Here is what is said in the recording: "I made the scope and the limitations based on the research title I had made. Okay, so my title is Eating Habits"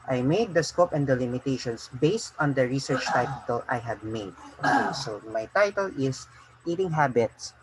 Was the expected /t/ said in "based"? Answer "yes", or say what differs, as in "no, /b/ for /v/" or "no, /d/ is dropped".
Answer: yes